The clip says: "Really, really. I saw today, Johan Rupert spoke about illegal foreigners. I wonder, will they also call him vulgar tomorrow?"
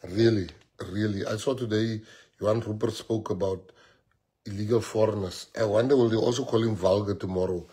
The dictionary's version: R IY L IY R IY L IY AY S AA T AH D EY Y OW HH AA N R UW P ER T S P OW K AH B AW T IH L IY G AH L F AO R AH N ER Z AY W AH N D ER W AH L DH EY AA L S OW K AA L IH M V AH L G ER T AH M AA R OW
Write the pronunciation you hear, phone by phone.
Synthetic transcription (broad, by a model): R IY L IY R IY L IY AY S AA T AH D EY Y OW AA N R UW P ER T S P OW K AH B AW T IH L IY G AH L F AO R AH N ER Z AY W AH N D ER W AH L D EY AA L S OW K AA L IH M V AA L G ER T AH M AA R OW